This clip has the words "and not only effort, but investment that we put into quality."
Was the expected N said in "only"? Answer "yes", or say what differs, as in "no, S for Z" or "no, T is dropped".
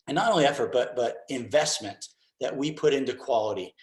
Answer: no, N is dropped